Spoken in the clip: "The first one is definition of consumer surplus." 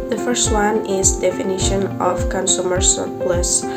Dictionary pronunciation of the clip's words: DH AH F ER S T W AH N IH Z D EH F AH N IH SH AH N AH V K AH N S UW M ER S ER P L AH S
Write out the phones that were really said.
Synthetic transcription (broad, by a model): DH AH F ER S T W AH N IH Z D EH F AH N IH SH AH N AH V K AH N S UW M ER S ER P L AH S